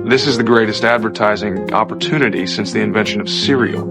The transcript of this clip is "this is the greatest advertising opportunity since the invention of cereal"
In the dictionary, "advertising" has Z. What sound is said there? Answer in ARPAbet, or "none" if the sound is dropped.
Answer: Z